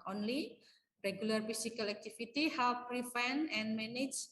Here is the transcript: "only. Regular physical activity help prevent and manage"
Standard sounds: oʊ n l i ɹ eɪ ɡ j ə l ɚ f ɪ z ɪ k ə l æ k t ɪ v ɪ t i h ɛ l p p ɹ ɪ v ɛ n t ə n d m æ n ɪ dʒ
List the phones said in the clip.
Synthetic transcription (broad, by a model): oʊ n l i ɹ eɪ ɡ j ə l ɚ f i s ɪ k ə l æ k t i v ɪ t i h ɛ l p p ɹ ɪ f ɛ n ə n m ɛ n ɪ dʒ